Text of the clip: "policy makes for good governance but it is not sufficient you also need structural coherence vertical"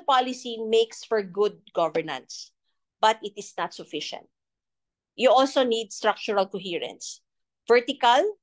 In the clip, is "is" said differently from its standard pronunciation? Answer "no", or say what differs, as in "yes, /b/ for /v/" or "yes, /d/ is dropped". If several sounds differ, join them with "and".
yes, /s/ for /z/